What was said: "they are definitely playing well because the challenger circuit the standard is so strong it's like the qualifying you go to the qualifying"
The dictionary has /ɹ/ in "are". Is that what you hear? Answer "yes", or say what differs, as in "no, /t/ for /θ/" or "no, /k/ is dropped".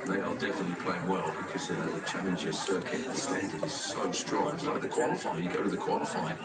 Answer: no, /l/ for /ɹ/